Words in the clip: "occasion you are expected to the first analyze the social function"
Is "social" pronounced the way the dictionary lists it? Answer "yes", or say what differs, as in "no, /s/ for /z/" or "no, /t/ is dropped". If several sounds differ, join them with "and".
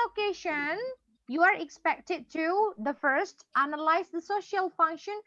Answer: yes